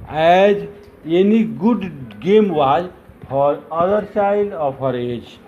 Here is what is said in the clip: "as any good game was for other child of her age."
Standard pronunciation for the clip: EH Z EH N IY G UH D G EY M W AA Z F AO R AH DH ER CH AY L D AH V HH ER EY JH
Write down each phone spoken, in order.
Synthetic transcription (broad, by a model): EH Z EH N IY G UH D G EY M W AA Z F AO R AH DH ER S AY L AH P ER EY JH